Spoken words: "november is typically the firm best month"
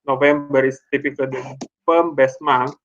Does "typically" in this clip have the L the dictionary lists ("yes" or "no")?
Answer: no